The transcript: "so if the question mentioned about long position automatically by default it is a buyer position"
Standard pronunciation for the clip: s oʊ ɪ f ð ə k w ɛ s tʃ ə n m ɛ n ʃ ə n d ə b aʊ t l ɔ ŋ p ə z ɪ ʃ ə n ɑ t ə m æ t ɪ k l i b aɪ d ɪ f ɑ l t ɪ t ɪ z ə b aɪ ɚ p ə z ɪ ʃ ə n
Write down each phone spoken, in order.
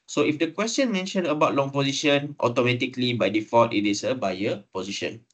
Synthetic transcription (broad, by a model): s oʊ ɪ f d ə k w ɛ s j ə n m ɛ n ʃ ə n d ə b aʊ t l ɔ ŋ p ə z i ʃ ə n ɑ t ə m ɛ t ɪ k l i b aɪ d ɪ f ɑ t ɪ t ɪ s ə b aɪ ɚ p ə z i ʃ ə n